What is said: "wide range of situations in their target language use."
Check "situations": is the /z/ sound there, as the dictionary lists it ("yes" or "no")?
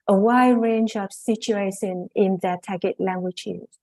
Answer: no